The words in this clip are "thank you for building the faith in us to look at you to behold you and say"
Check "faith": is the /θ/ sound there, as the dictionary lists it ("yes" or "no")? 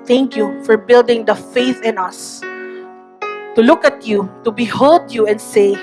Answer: yes